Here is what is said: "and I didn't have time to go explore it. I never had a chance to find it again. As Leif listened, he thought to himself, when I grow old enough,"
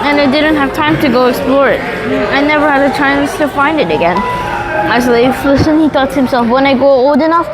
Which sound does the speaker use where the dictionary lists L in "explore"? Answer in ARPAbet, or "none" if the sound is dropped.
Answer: L